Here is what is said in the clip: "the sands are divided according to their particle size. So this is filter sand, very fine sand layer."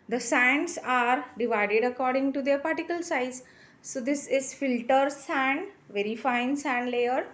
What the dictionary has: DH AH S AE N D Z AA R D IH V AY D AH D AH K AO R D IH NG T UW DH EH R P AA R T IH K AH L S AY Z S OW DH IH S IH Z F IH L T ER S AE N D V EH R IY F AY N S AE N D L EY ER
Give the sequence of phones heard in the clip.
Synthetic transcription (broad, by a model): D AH S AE N D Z AA R D IH V AY D AH D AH K AO R D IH NG T UW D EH R P AA R T IH K AH L S AY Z S OW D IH S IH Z F IH L T ER S AE N D V EH R IY F AY N S AE N D L EY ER